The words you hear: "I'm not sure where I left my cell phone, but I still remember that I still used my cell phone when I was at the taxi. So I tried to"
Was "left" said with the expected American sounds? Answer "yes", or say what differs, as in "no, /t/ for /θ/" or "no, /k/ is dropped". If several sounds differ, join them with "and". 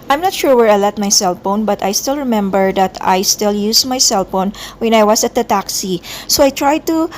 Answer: no, /f/ is dropped